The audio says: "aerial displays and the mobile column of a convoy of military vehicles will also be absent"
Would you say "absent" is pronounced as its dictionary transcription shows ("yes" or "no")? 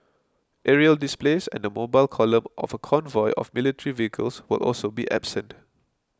yes